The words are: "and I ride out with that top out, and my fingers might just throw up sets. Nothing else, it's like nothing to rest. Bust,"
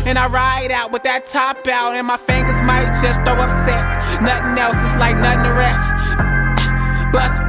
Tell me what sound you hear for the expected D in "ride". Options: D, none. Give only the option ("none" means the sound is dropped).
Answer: D